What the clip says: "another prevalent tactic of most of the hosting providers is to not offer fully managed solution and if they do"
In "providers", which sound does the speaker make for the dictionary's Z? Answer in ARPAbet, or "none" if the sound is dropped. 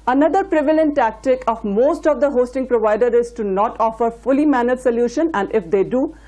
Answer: none